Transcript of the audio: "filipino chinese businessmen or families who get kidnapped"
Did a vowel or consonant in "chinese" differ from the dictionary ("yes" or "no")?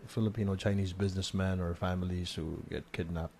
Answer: no